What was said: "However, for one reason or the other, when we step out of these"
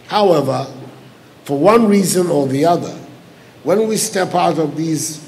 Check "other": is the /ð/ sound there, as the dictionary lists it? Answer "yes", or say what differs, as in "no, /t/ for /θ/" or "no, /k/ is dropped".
yes